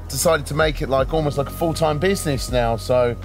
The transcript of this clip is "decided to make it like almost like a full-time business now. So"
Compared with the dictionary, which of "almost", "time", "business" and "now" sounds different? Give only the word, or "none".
none